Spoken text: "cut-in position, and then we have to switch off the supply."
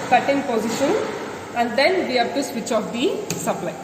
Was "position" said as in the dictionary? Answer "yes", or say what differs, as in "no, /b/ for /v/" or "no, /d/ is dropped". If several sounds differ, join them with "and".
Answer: yes